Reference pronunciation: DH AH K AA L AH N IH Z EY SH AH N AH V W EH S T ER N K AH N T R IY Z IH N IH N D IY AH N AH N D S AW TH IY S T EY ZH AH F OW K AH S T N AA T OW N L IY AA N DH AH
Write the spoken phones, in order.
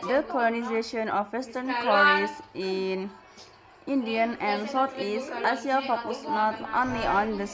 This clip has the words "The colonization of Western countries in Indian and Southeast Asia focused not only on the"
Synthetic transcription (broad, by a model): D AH K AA L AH N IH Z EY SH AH N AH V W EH S T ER N K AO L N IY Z IH N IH N D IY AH N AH N S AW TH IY S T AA S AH F OW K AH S N AA T OW N L IY AA N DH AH